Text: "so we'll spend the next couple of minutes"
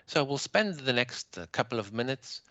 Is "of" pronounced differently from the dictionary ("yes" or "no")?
no